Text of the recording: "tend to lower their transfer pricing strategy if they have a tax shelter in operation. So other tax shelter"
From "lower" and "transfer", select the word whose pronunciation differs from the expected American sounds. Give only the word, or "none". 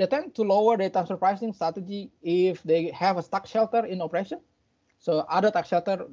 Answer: transfer